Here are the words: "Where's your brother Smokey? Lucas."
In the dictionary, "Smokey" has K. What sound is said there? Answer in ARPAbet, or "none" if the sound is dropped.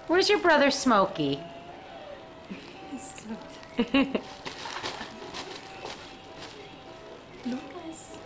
none